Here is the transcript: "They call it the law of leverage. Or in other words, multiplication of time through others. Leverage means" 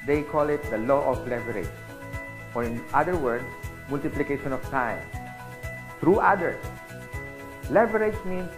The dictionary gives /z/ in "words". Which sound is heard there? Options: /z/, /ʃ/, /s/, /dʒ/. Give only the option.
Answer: /s/